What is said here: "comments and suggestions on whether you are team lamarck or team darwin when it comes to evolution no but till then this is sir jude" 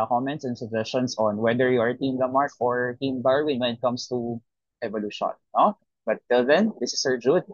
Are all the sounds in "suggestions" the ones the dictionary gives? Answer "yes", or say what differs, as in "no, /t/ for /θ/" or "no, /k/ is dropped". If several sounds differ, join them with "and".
no, /s/ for /z/